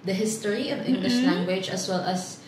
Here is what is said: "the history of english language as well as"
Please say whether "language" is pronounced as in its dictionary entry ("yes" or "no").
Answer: yes